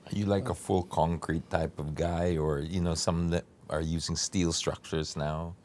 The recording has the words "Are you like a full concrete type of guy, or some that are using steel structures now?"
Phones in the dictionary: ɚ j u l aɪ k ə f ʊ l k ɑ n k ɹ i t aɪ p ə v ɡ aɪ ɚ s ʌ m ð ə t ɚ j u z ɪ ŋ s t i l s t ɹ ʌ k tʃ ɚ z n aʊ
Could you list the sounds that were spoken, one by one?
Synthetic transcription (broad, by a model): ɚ j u l aɪ k ə f ʊ l k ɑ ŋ k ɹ i t aɪ p ə v ɡ aɪ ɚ s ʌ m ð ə t ɚ j u z ɪ ŋ s t i l s t ɹ ʌ k tʃ ɚ z n aʊ